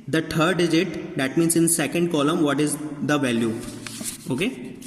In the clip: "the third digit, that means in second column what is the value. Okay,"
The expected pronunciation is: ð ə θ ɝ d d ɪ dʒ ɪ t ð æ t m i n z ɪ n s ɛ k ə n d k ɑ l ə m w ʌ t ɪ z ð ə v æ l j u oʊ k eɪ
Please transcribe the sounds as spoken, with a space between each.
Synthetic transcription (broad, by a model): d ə t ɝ d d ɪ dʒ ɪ t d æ t m i n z ɪ n s ɛ k ə n d k ɑ l ə m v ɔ t ɪ z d ə v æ l j u oʊ k eɪ